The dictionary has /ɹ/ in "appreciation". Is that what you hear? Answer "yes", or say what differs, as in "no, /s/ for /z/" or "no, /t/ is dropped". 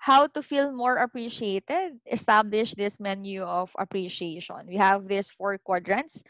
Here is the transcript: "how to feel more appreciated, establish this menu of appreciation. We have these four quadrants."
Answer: yes